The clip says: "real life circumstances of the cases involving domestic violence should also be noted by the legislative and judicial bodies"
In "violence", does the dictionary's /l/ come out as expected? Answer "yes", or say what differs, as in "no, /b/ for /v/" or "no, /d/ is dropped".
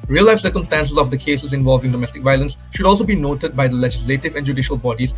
yes